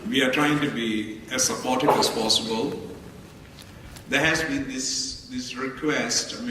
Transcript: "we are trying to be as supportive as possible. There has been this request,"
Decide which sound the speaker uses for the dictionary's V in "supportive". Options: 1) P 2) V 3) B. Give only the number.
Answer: 3